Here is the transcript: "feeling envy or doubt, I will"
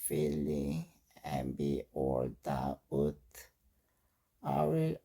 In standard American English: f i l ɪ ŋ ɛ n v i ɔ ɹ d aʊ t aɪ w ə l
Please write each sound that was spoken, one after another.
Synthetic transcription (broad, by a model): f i l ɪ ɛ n b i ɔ l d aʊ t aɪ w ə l